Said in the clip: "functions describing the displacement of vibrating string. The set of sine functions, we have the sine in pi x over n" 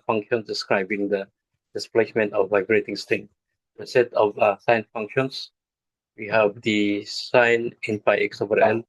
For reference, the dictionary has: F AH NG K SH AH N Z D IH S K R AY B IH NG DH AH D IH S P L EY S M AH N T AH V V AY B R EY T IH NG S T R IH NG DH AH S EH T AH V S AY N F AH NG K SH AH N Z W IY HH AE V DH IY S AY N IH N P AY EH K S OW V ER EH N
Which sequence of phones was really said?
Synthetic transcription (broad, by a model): F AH NG K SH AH N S D IH S K R AY B IH NG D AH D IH S P L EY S M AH N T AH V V AY B R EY T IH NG S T IH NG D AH S EH T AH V S AY N F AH NG K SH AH N S W IY HH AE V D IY S AY N IH N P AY EH K S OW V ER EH N